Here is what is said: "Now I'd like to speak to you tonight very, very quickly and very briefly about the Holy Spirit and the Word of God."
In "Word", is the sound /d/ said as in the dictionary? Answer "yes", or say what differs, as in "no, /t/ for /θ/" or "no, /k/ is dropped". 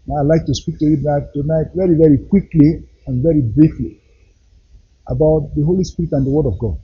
yes